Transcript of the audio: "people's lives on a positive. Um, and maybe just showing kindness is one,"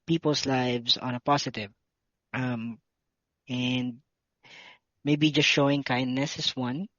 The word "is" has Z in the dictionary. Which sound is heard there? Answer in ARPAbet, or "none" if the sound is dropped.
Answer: S